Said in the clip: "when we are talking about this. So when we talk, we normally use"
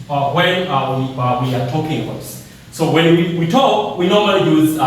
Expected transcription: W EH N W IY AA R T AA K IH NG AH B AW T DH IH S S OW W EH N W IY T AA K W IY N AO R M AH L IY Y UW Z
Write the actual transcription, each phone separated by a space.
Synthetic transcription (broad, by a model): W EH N W IY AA W T AA K IH NG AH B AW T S S OW W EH N W IY T AA K W IY N AO R M AH L IY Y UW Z